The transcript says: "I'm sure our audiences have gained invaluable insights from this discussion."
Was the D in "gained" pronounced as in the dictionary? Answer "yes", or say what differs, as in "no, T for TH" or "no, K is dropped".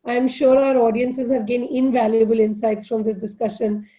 no, D is dropped